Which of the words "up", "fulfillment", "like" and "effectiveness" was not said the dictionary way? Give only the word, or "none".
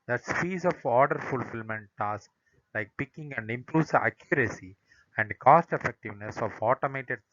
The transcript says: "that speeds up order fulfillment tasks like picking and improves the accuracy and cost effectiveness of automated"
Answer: up